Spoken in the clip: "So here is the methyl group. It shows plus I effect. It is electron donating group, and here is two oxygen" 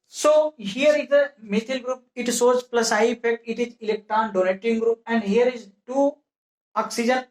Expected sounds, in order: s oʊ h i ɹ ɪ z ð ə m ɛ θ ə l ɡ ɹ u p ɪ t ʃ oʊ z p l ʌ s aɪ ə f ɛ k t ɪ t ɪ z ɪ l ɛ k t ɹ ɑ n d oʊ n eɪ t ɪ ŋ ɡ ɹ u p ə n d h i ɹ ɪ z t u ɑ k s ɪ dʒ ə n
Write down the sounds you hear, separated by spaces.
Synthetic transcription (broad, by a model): s oʊ h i ɹ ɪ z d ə m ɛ t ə l ɡ ɹ u p ɪ t s oʊ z p l ʌ s aɪ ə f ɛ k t ɪ t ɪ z ɪ l ɛ k t ɹ ɑ n d oʊ n eɪ t ɪ ŋ ɡ ɹ u p ə n d h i ɹ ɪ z t u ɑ k s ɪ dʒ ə n